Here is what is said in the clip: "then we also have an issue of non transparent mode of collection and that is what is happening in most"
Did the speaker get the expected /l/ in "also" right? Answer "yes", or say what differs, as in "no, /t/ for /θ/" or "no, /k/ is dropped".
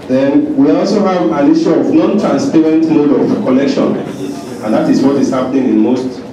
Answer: yes